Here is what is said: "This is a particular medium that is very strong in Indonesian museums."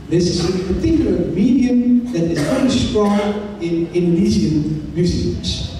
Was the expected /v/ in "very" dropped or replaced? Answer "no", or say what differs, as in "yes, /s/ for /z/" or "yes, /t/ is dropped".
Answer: yes, /f/ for /v/